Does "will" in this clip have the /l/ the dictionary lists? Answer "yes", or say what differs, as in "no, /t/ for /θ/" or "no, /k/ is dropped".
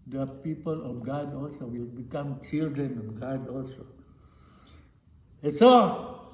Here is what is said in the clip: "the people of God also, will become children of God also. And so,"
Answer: yes